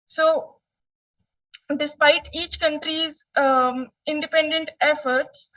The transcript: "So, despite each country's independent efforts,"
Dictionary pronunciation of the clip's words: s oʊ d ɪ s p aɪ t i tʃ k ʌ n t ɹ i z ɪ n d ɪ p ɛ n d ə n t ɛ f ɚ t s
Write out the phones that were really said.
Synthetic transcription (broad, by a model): s oʊ d ɪ s p aɪ t i tʃ k ʌ n t ɹ i z ɪ n d ɪ p ɛ n d ə n t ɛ f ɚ t s